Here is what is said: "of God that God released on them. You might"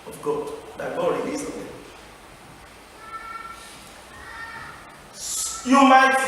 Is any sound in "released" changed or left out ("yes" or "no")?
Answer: yes